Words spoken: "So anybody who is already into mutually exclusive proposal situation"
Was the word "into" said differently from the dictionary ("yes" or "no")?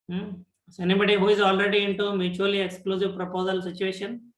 no